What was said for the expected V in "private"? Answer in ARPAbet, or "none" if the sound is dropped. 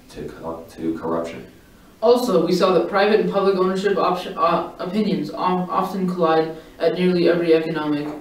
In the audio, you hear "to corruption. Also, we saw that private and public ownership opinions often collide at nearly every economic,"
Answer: V